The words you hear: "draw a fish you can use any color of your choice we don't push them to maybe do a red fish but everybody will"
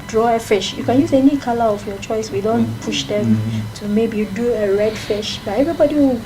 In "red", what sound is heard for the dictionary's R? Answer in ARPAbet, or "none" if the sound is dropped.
R